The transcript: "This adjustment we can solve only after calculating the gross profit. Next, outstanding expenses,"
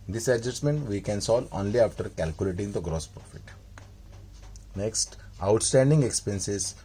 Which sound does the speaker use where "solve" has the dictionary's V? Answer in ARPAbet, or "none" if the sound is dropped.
none